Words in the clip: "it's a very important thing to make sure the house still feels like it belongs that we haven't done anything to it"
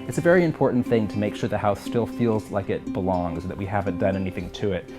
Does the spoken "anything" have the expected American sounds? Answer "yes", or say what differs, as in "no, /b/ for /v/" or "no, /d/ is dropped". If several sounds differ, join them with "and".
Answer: yes